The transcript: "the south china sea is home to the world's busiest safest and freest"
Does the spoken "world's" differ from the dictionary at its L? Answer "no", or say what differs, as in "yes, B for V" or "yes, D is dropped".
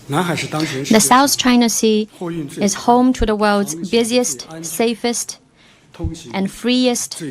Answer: no